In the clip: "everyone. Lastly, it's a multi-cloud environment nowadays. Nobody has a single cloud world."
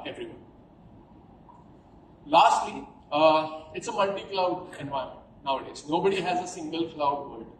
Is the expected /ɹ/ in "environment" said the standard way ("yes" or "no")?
no